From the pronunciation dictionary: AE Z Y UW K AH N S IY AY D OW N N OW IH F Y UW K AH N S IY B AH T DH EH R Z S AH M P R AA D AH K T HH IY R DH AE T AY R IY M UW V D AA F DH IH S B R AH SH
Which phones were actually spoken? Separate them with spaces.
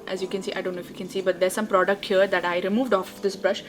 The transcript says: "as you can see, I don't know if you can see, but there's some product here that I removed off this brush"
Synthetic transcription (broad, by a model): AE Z Y UW K AH N S IY AY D OW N N OW IH F Y UW K AH N S IY B AH T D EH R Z S AH M P R AA D AH K T HH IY R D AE T AY R IY M UW V D AA F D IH S B R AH SH